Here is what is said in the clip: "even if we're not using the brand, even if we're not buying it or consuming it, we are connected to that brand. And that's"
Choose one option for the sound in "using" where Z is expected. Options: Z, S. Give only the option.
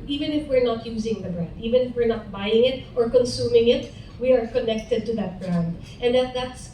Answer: Z